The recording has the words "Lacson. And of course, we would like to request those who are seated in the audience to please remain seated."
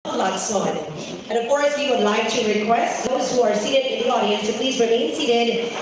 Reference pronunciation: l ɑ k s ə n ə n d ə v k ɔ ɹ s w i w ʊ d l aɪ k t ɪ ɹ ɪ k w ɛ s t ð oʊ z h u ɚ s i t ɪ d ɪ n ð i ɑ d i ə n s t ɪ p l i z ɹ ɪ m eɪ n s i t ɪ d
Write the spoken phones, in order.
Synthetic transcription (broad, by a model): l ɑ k s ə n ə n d ə v k ɔ ɹ s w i w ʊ d l aɪ k t ɪ ɹ ɪ k w ɛ s t ð oʊ z h u ɚ s i t ɪ d ɪ n ð i ɑ d i ə n s t ɪ p l i z ɹ ɪ m eɪ n s i t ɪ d